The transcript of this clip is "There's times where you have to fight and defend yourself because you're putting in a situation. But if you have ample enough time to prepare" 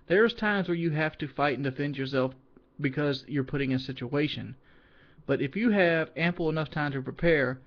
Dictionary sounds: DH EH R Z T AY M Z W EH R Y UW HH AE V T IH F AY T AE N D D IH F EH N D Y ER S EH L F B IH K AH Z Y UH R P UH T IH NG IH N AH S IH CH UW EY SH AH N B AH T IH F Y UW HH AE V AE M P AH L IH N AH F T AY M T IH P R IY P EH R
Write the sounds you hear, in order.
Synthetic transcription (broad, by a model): DH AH R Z T AY M Z W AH R Y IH HH AE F T IH F AY T N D D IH F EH N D Y ER S EH L F B IH K AH Z Y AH R P UH T IH NG IH N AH S IH CH UW EY SH AH N B AH T IH F Y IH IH V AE M P L IH N AH F T AY M T IH P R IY P EH R